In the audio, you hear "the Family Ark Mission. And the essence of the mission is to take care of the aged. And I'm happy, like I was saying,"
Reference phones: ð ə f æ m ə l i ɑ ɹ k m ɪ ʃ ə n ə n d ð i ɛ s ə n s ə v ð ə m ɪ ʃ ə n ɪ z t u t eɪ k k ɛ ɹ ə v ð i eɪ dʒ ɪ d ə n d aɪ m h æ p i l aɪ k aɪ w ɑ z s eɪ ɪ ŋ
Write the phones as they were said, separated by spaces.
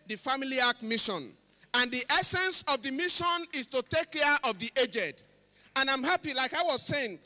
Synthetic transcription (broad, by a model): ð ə f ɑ m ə l i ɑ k m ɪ ʃ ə n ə n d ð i ɛ s ə n s ə v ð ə m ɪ ʃ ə n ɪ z t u t eɪ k k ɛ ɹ ə v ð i eɪ dʒ ɪ d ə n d aɪ m h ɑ p i l aɪ k aɪ w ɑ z s eɪ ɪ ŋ